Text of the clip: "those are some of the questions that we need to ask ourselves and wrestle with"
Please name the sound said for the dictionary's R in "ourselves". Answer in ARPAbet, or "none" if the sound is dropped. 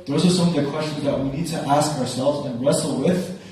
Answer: R